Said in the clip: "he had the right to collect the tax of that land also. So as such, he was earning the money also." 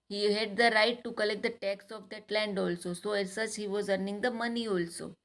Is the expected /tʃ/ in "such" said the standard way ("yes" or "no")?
no